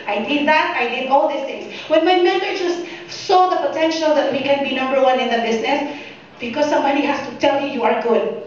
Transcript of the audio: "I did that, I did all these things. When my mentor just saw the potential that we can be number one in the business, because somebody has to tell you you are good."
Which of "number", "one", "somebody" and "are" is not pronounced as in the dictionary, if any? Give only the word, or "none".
somebody